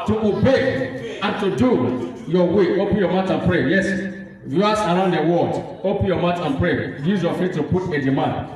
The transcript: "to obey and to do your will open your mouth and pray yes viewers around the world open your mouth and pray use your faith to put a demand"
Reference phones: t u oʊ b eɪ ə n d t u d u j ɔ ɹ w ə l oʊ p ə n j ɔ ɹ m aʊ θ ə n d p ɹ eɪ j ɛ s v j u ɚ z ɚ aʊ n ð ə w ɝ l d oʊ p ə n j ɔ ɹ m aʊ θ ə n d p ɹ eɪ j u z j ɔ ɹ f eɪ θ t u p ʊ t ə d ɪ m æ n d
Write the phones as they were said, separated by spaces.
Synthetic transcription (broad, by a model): t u oʊ b eɪ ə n t u d u j ɔ w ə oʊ p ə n j ɔ m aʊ t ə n p ɹ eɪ j ɛ s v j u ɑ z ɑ aʊ n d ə w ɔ d oʊ p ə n j ɔ m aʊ t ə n p ɹ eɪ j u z j ɔ f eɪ t t u p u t ə d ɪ m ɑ n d